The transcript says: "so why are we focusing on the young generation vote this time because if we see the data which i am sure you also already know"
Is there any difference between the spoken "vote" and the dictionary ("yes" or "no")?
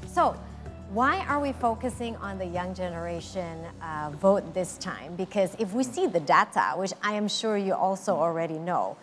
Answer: no